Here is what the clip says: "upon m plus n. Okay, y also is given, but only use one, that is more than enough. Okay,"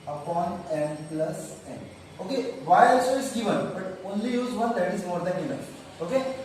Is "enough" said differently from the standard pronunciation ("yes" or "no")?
yes